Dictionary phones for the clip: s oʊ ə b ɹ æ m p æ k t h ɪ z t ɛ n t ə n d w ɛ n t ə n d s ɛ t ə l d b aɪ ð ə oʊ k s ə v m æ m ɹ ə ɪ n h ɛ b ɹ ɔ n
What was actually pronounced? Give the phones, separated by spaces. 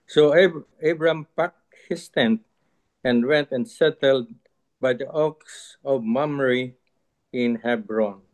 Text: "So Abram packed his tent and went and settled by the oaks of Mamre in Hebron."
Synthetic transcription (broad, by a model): s oʊ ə b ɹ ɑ m p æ k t h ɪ s t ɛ n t ə n d w ɛ n t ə n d s ɛ t ə l d b aɪ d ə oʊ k s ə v m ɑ m ɹ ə ɪ n h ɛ b ɹ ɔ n